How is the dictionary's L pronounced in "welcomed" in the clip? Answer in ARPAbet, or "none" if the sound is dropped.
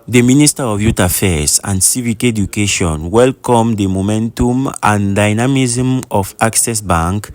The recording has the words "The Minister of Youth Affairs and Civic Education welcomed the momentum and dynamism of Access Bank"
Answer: L